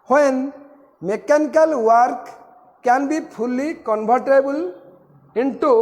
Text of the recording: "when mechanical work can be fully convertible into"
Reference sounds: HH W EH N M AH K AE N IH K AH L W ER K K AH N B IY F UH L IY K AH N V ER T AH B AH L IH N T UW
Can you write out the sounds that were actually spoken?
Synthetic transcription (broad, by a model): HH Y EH N M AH K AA N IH K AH L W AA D K AH N B IY P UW L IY K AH N B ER T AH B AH L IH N T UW